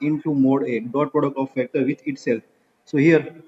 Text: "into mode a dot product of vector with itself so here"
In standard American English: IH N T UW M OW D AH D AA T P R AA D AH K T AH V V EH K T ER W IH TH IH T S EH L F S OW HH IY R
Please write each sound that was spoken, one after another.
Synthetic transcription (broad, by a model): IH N T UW M OW D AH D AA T P R AA D AH K T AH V F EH K T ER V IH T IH T S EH L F S OW HH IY R